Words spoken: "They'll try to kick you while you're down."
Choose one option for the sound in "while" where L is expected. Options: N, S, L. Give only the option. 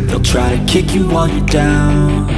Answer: N